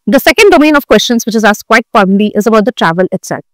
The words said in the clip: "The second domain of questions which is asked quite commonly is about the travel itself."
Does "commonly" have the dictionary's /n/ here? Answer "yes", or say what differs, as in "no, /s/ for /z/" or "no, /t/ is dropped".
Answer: no, /n/ is dropped